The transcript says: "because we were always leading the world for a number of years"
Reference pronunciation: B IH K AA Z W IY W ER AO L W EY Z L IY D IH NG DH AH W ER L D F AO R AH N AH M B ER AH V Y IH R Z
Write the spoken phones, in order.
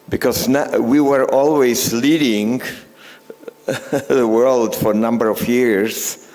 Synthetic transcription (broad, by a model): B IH K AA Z W IY W ER AO L W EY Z L IY D IH NG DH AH W ER L D F AO R AH N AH M B ER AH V Y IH R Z